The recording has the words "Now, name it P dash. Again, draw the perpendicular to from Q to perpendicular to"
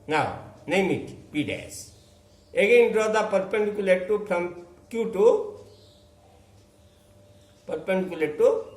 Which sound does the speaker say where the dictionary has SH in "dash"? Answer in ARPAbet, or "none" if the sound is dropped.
S